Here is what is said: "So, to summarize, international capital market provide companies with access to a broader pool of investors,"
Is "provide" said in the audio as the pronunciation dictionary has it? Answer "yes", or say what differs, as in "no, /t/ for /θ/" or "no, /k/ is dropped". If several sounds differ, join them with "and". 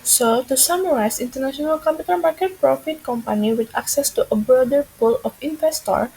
no, /f/ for /v/